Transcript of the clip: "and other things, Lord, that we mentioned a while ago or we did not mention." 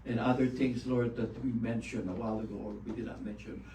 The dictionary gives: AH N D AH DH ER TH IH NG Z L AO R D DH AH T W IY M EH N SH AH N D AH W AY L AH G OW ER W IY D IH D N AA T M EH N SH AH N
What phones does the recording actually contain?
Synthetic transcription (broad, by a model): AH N AH DH ER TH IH NG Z L AO R D DH AH T W IY M EH N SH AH N AH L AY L AH G OW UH W IY D IH D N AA T M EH N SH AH N